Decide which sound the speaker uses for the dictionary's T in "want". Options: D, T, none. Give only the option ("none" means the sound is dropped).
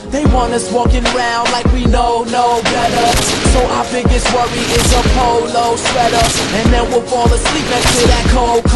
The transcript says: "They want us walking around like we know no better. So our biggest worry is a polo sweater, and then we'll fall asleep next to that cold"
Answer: none